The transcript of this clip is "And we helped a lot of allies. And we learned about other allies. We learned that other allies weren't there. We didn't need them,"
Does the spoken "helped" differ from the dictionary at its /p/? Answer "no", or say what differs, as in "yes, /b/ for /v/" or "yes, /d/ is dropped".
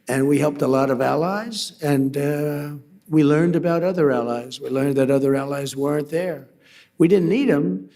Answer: no